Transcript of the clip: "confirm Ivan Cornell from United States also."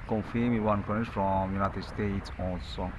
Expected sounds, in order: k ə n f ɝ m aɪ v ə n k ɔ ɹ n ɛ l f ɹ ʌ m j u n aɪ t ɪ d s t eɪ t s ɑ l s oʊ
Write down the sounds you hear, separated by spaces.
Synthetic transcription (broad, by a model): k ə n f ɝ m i w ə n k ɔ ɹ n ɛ f ɹ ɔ m j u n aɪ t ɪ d s t eɪ t s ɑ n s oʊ